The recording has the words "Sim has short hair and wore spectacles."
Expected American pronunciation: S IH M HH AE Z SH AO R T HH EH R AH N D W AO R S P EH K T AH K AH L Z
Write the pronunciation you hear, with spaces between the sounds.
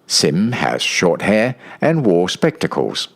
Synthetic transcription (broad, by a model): S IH M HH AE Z SH AO R T HH EH R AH N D W AO R S P EH K T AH K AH L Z